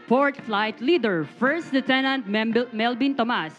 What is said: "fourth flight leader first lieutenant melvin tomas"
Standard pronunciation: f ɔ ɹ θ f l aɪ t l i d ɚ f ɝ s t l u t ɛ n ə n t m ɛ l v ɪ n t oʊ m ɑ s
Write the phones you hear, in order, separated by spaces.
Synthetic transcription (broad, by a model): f ɔ ɹ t f l aɪ t l i d ɚ f ɝ s t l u t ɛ n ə n t m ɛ l b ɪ n t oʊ m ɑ s